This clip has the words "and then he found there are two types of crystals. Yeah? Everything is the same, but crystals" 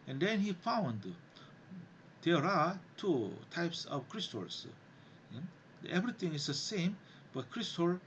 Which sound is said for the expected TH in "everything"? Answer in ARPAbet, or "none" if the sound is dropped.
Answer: T